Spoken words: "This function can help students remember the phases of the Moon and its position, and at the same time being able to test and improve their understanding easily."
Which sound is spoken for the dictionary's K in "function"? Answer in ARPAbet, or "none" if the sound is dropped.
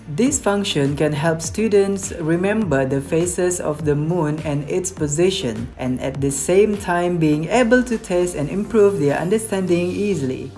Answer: K